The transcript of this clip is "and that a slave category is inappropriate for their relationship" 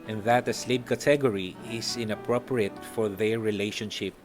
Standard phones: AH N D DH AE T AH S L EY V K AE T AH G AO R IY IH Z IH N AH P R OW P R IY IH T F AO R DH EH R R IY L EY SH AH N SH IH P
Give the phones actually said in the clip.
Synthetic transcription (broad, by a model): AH N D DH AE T AH S L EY B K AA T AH G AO R IY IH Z IH N AH P R OW P R IY IH T F AO R DH EH R R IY L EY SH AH N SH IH P